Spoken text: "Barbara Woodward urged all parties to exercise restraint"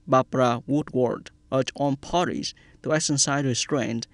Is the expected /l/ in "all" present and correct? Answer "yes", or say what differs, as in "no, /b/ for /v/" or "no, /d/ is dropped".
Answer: no, /n/ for /l/